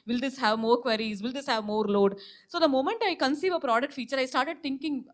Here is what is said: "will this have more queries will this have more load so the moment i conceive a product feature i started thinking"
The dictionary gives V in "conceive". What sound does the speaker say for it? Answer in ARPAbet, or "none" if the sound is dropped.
V